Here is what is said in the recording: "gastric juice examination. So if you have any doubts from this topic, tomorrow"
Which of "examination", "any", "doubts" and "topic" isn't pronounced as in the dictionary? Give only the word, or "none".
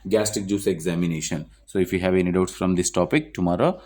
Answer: none